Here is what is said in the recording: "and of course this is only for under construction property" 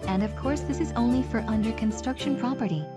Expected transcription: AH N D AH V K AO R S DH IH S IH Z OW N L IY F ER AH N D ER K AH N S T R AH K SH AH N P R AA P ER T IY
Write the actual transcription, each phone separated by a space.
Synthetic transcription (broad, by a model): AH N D AH V K AO R S DH IH S IH Z OW N L IY F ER AH N D ER K AH N S T R AH K SH AH N P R AA P ER T IY